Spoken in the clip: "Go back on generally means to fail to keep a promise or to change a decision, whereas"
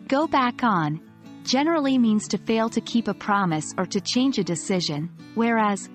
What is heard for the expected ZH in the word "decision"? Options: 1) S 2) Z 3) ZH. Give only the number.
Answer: 3